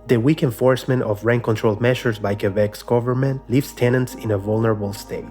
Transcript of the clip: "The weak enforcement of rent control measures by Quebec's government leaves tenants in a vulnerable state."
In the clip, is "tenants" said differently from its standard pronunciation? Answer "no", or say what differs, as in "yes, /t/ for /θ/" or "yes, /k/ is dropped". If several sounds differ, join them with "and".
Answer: no